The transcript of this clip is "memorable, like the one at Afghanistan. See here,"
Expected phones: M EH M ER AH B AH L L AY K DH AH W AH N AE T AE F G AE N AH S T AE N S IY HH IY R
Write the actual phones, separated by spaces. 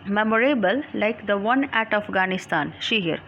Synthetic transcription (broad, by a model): M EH M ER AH B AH L L AY K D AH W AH N AE T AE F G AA N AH S T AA N SH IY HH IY R